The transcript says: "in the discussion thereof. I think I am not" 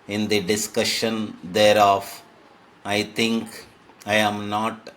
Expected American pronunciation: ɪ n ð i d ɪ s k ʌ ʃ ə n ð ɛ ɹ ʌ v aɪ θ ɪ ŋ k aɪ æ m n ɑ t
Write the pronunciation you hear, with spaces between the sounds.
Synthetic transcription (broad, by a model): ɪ n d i d ɪ s k ʌ ʃ ə n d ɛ ɹ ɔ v aɪ t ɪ ŋ k aɪ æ m n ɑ t